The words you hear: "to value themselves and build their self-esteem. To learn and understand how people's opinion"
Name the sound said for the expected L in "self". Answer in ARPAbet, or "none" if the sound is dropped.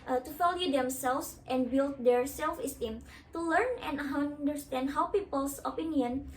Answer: L